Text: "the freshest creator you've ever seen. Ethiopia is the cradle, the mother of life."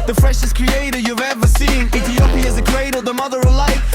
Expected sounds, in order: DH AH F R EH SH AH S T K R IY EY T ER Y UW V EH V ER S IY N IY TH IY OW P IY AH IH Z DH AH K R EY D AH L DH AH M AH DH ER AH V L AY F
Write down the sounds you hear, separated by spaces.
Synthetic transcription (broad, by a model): DH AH F R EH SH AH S K R IY EY T ER Y UW V EH V ER S IY N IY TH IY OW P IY IH Z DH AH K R EY D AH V DH AH M AH DH ER AH V L AY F